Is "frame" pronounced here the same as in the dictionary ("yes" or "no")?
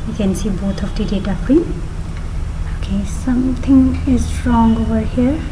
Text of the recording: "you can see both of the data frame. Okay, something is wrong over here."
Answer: no